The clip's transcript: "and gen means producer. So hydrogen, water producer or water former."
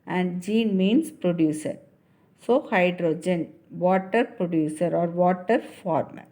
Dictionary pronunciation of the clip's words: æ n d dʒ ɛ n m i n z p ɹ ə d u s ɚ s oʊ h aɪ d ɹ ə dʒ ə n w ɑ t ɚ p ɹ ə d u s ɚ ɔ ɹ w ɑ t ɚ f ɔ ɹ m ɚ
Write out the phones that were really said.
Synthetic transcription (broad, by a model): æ n d dʒ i n m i n s p ɹ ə d u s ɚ s oʊ h aɪ d ɹ ə dʒ ə n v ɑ t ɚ p ɹ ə d u s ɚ ɔ ɹ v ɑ t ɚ f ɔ ɹ m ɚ